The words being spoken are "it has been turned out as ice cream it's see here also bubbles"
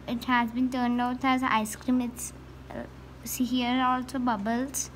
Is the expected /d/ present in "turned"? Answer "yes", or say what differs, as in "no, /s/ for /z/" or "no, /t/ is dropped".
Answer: no, /d/ is dropped